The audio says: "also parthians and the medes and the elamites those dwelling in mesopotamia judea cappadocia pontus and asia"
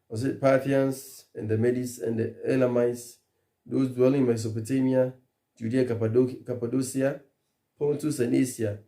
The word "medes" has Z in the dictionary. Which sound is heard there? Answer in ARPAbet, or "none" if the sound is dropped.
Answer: S